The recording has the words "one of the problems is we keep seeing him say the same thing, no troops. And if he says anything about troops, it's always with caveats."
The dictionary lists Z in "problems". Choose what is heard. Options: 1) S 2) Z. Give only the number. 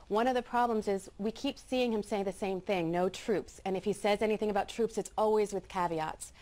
2